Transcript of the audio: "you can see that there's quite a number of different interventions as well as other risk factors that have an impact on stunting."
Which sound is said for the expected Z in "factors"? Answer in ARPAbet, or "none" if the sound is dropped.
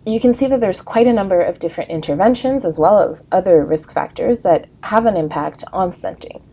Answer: Z